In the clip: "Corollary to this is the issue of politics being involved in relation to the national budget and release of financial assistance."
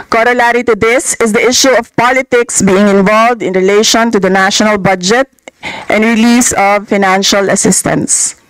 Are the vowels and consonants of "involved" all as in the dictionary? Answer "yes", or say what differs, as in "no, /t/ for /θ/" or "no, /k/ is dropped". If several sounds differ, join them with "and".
yes